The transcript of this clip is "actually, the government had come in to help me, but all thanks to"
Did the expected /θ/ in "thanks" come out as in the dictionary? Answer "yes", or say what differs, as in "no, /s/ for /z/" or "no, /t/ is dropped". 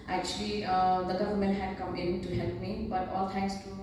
no, /t/ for /θ/